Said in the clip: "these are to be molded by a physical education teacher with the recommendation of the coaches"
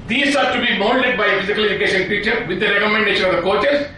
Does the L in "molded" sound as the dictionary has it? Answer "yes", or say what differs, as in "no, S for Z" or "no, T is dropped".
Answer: no, N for L